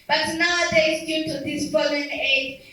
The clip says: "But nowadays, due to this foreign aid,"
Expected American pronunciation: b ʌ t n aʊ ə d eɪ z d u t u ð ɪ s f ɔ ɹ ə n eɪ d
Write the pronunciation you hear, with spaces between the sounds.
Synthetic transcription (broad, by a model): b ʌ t n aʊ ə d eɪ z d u t u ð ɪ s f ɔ l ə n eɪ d